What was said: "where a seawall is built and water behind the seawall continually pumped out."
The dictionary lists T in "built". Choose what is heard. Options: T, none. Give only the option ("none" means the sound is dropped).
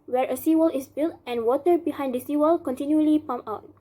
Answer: T